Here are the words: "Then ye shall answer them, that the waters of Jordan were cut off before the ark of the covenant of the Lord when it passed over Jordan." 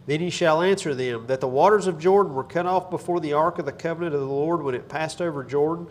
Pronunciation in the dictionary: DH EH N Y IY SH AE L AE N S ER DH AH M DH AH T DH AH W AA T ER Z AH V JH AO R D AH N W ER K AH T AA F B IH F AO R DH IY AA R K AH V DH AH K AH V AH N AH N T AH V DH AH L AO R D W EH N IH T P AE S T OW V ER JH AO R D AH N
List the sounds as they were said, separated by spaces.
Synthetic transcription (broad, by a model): DH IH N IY SH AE L AE N S ER DH AH M DH AH T DH AH W AA T ER Z AH V JH AO R D N W ER K AH T AA F B IH F AO R DH IY AA R K AH V DH AH K AH V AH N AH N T AH V DH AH L AO R D W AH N IH T P AE S T OW V ER JH AO R D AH N